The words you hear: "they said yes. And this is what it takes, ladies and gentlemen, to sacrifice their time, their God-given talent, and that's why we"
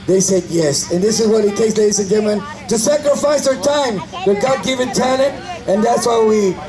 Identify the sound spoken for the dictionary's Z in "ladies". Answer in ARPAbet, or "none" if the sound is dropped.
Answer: S